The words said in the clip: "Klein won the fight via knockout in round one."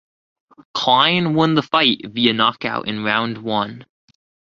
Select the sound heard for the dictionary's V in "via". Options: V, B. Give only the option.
V